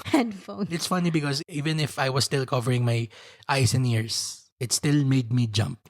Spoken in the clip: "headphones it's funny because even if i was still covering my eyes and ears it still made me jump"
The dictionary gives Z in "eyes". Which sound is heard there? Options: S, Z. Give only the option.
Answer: S